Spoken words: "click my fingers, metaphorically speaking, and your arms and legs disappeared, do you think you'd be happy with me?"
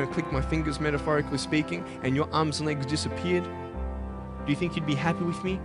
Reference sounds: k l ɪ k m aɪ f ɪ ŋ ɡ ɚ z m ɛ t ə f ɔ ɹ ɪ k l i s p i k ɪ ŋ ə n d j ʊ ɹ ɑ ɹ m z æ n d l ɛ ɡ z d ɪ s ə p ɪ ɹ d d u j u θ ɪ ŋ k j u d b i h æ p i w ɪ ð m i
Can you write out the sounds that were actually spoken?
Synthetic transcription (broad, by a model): k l ɪ k m aɪ f ɪ ŋ ɡ ɚ z m ɛ t ə f ɔ ɹ ɪ k l i s p i k ɪ ŋ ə n j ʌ ɹ ɑ ɹ m z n l ɛ ɡ z d ɪ s ə p ɪ ɹ d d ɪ j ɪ θ ɪ ŋ k j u d b i h æ p i w ɪ ð m i